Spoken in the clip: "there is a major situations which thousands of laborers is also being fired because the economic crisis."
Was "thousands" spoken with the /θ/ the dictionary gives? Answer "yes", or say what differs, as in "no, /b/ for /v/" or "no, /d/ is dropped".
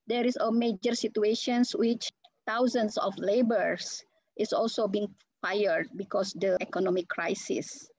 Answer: no, /t/ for /θ/